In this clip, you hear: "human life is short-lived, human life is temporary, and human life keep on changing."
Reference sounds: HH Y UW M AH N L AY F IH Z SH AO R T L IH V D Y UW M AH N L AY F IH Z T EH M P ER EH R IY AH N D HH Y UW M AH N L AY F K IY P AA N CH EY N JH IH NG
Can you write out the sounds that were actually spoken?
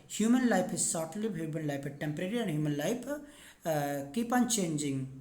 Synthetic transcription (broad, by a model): HH Y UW M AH N L AY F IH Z S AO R T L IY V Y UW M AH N L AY IH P T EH M P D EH R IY AH N D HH Y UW M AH N L AY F K IY P AA N CH EY N JH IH NG